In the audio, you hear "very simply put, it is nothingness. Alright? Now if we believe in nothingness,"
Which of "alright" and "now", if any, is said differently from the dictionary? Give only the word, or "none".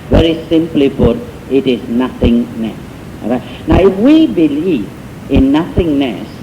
alright